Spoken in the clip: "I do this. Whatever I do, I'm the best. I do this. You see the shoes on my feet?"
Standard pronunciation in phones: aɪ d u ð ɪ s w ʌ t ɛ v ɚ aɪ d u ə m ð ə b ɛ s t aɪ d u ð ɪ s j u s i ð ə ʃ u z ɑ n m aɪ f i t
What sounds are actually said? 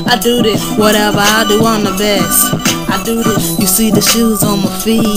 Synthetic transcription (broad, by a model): aɪ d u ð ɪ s w ʌ t ɛ v ɚ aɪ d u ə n ð ə b ɛ s t aɪ d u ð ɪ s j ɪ s i ð ə ʃ u z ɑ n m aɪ f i